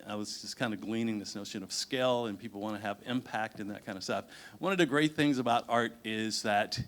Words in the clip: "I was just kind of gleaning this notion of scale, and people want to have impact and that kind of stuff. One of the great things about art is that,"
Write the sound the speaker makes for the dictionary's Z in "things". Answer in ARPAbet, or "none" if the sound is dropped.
Z